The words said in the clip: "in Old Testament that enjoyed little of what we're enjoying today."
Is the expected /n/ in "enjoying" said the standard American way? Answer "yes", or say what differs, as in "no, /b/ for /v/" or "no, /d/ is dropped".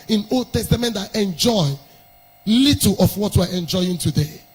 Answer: yes